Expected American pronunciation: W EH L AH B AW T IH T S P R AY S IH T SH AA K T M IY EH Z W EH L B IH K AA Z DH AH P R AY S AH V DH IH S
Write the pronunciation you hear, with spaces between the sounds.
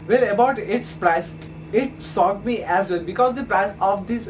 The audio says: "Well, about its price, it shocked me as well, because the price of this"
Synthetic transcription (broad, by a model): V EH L AH B AW T IH T S P R AY S IH T S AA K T M IY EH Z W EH L B IH K AA Z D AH P R AY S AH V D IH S